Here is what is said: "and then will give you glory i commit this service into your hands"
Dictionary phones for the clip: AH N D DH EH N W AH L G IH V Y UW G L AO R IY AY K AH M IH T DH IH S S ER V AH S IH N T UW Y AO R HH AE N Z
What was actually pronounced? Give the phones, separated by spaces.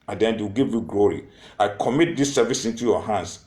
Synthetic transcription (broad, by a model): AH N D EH N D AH W G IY V Y UW G L AO R IY AY K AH M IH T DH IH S S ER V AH S IH N T UW Y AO HH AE N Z